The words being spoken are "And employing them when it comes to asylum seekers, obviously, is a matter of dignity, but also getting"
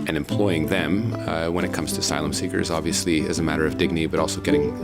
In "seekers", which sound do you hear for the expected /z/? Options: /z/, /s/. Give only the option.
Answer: /z/